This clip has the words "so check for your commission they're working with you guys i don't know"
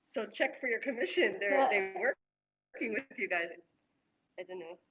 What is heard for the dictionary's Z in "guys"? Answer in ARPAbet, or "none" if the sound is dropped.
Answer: Z